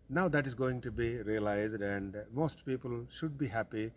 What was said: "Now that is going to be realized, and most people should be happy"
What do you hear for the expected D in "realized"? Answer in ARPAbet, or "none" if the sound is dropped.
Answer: D